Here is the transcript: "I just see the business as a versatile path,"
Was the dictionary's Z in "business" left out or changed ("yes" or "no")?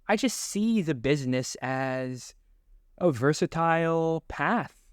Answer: no